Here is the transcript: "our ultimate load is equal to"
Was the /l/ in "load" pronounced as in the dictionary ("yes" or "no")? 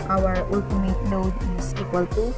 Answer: no